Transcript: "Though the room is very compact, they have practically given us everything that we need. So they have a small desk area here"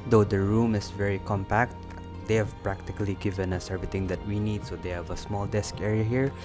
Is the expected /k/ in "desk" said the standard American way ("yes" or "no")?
yes